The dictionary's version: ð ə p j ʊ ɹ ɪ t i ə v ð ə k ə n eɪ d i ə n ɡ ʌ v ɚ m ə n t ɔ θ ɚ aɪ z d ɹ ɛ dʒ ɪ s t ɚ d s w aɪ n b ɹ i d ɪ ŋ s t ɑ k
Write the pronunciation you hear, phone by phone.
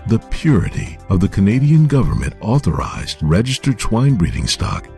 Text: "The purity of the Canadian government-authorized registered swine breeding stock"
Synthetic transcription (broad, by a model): ð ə p j ʊ ɹ ɪ t i ə v ð ə k ə n eɪ d i ə n ɡ ʌ v ɚ m ə n t ɔ θ ɚ aɪ z d ɹ ɛ dʒ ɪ s t ɚ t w aɪ n b ɹ i d ɪ ŋ s t ɑ k